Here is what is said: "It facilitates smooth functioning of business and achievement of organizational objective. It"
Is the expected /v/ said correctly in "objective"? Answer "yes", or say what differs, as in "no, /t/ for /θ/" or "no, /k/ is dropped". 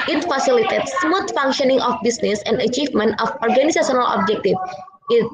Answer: no, /f/ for /v/